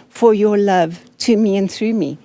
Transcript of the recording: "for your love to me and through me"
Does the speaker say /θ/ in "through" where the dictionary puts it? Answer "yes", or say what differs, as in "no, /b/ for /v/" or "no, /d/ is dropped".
yes